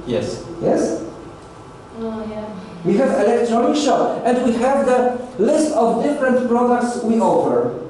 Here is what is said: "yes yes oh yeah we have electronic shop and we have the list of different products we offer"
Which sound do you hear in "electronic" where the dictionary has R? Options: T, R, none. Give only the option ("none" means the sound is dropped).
R